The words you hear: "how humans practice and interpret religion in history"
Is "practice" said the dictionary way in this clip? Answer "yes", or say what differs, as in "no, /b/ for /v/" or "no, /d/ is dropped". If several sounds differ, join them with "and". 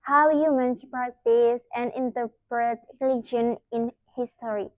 no, /ɹ/ is dropped